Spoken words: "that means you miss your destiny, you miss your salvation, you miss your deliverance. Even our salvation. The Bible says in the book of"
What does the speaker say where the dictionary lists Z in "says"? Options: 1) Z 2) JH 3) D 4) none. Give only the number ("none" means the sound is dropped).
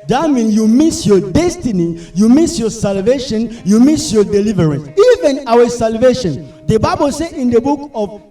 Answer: 4